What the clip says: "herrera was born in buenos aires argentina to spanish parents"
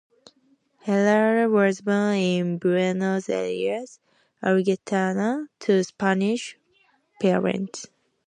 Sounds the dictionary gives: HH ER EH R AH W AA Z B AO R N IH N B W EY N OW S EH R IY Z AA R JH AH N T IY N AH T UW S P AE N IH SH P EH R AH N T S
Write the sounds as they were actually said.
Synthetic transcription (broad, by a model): HH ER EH L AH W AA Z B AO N IH N B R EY N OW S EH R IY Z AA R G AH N T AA N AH T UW S P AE N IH SH P EH R AH N T S